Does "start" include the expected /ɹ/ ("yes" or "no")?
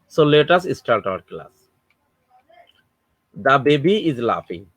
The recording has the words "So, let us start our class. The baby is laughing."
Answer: no